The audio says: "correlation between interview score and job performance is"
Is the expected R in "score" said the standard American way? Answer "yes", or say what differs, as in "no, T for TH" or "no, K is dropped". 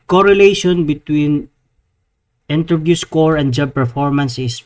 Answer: yes